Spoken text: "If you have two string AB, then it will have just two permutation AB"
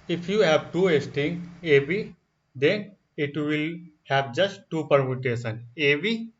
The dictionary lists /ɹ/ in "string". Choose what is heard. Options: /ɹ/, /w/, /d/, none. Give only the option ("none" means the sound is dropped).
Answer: none